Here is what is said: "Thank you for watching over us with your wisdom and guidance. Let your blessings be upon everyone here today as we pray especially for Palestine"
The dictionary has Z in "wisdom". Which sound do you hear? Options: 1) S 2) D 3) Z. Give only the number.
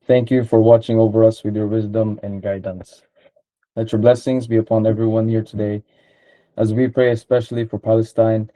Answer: 3